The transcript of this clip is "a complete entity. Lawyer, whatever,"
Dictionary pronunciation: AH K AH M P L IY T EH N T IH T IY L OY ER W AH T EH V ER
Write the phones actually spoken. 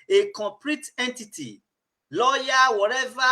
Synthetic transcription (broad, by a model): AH K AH P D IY T EH N T IH T IY L OY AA W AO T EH V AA